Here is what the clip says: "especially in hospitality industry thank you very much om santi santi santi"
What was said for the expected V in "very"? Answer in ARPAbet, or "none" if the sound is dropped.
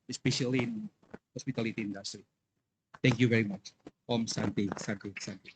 V